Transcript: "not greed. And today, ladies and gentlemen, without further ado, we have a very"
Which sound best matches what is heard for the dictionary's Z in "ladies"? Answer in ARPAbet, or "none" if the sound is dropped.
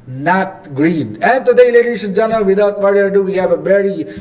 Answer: S